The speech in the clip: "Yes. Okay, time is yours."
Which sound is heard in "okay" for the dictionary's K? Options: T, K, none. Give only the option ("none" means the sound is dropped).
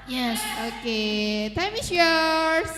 K